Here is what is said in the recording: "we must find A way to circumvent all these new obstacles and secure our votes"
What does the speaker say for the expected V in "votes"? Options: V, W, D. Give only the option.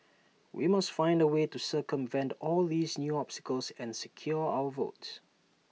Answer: V